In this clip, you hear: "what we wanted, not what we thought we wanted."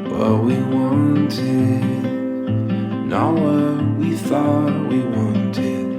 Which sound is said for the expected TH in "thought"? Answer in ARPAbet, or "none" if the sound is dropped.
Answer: TH